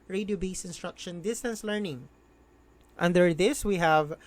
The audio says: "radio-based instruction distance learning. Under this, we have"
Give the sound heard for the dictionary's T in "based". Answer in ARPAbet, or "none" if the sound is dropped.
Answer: none